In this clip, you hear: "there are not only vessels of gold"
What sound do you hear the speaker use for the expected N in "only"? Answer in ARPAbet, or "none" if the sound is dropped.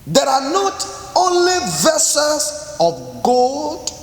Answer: N